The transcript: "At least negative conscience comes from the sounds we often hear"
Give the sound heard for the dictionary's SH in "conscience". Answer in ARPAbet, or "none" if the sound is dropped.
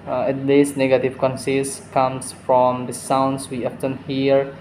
S